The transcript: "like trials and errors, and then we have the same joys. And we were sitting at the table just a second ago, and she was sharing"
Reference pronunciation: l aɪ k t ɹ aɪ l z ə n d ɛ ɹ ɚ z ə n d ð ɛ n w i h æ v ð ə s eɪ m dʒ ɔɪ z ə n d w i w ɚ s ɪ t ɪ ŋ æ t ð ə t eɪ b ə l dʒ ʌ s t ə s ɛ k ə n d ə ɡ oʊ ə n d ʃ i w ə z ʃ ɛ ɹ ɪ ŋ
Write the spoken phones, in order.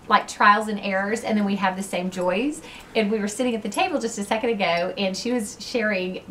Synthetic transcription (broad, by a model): l aɪ k t ɹ aɪ l z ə n ɛ ɹ ɚ z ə n ð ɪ n w i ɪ v ð ə s eɪ m dʒ ɔɪ z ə n w i w ɚ s ɪ t ɪ ŋ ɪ t ð ə t eɪ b l dʒ ʌ s t ə s ɛ k ə n d ə ɡ oʊ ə n ʃ i w ə z ʃ ɛ ɹ ɪ ŋ